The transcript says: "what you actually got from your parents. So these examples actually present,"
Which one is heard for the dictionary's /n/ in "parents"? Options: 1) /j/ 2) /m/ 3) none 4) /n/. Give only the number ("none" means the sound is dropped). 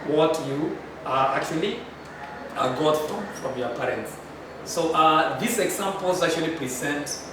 4